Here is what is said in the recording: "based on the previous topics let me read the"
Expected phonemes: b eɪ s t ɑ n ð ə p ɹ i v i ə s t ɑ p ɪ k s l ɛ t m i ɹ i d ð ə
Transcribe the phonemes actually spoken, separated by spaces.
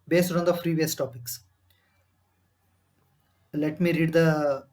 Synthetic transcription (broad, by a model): b eɪ s t ɑ n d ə f ɹ i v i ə s t ɑ p ɪ k s l ɛ t m i ɹ i d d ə